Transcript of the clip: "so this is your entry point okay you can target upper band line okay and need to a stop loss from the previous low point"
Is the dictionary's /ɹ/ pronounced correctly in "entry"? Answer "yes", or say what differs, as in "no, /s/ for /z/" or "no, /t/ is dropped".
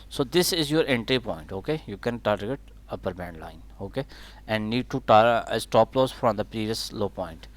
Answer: yes